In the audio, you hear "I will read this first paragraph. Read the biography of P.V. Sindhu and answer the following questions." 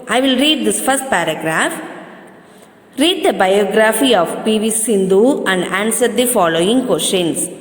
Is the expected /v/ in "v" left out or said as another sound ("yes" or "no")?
no